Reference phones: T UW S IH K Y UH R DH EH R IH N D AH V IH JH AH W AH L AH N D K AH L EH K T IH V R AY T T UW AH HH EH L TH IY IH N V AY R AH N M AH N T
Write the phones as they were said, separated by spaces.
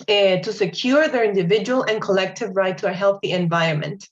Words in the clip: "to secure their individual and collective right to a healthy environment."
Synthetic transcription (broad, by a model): T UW S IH K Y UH R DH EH R IH N D AH V IH JH AH W AH L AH N K AH L EH K T IH V R AY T T UW AH HH EH L TH IY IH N V AY R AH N M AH N T